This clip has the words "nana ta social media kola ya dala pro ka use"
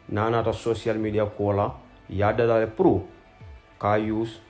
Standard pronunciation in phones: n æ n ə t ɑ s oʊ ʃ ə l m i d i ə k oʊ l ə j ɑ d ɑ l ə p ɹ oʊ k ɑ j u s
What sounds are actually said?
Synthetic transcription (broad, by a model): n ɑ n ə t ɑ s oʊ s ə l m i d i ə k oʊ l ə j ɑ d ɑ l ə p ɹ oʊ k ɑ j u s